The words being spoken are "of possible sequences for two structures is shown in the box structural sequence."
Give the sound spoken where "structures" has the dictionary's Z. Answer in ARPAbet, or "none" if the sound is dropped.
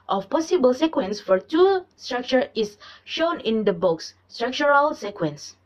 none